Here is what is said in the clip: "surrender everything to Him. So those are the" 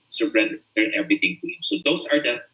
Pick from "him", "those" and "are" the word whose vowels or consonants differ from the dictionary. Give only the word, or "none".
those